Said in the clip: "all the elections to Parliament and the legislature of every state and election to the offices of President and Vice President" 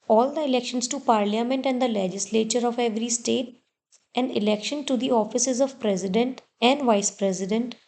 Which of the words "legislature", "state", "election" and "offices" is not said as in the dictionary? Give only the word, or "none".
none